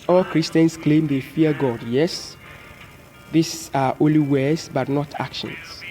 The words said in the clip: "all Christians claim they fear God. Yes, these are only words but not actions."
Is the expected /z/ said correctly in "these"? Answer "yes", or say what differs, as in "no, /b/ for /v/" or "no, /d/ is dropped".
no, /s/ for /z/